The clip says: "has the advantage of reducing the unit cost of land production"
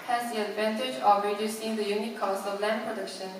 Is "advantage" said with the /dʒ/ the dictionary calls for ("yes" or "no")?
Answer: yes